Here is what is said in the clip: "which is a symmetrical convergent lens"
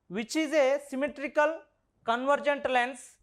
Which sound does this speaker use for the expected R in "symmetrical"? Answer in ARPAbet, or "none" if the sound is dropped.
R